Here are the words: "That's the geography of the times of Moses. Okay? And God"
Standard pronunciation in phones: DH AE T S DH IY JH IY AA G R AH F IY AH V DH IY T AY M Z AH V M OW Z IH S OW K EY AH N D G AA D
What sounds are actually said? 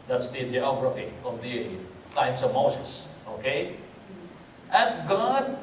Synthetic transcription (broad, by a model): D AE T S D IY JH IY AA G R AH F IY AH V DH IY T AY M S AH V M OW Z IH S OW K EY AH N G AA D